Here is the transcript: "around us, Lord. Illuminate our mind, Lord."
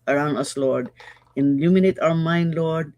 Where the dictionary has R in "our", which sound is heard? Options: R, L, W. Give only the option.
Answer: W